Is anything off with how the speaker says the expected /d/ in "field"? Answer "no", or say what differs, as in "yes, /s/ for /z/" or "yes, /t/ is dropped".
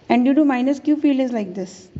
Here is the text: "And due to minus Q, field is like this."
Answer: yes, /d/ is dropped